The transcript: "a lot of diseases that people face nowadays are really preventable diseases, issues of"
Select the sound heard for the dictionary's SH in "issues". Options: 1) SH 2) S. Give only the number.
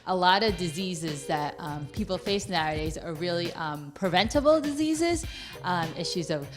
1